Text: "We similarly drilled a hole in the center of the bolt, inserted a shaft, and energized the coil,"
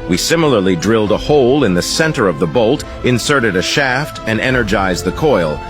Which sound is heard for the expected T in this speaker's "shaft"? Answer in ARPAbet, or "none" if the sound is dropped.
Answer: T